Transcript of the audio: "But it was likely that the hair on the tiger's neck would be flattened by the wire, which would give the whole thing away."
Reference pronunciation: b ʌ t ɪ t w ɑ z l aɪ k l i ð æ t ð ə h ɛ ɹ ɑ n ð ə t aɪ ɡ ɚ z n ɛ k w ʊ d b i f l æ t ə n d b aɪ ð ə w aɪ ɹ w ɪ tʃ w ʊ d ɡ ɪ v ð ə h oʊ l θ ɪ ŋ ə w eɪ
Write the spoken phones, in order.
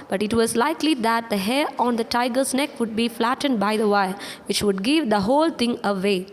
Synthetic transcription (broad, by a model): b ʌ t ɪ t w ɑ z l aɪ k l i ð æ t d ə h ɛ ɹ ɑ n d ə t aɪ ɡ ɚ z n ɛ k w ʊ d b i f l æ t ə n d b aɪ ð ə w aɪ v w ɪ tʃ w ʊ d ɡ ɪ v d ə h oʊ l t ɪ ŋ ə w eɪ